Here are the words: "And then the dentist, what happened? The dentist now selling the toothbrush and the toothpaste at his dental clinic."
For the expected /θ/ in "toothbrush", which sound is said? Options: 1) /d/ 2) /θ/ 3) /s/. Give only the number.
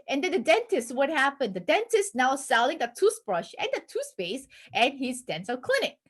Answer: 3